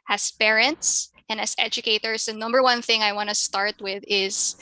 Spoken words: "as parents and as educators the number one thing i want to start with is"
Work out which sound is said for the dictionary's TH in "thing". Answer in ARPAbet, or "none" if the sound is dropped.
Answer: TH